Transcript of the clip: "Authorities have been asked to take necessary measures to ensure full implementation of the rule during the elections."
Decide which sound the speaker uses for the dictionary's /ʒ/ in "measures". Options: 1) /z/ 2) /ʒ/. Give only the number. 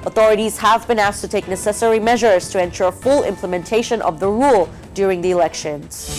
2